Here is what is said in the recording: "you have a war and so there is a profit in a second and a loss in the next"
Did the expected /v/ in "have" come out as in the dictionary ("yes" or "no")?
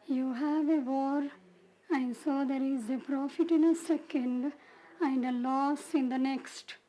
yes